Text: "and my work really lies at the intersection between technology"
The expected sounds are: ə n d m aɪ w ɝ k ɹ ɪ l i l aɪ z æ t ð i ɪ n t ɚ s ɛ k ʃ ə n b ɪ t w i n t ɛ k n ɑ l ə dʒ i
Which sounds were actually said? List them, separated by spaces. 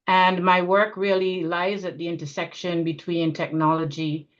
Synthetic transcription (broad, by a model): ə n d m aɪ w ɝ k ɹ ɪ l i l aɪ z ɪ t ð i ɪ n t ɚ s ɛ k ʃ ə n b ɪ t w i n t ɛ k n ɑ l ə dʒ i